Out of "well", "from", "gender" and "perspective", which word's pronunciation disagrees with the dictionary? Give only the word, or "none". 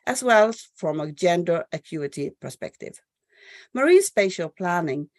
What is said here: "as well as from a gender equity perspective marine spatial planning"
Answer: none